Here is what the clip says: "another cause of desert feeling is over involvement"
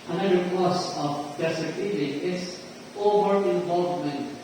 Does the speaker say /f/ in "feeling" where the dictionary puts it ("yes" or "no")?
no